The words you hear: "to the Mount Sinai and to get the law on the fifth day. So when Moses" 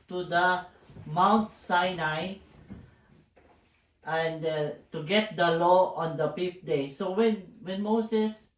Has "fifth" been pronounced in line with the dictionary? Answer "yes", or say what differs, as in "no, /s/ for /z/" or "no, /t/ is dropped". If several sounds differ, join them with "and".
no, /p/ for /f/